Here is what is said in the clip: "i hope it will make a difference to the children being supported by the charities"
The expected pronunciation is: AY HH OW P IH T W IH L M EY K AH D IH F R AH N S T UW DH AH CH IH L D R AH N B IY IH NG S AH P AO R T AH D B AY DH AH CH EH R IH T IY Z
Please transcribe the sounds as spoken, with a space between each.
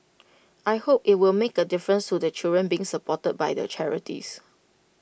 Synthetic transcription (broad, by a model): AY HH OW P IH T W IH L M EY K AH D IH F R AH N S T UW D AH CH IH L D R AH N B IY IH NG S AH P AO T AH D B AY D AH CH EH R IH T IY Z